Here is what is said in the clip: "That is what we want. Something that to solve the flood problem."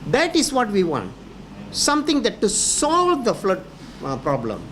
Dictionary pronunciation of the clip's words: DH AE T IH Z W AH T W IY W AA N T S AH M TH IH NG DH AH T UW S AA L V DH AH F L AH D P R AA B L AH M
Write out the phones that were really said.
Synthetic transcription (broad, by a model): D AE T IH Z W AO T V IY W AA N T S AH M T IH NG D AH T UW S AA L V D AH F L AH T P R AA B L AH M